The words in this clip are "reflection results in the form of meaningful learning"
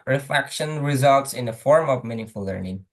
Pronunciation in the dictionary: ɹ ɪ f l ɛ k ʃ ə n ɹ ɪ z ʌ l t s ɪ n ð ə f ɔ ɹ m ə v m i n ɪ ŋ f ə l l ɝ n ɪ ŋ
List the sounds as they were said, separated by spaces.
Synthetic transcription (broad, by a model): ɹ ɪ f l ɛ k ʃ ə n ɹ ɪ z ʌ l t s ɪ n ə f ɔ ɹ m ə v m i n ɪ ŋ f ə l l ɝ n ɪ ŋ